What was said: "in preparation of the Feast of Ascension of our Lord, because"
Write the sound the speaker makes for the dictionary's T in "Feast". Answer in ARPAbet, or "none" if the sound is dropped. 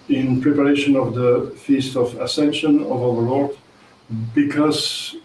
T